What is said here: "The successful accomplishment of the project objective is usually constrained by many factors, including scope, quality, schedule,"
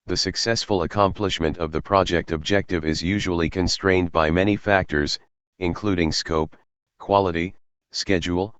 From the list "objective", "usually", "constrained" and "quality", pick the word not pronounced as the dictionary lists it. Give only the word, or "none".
none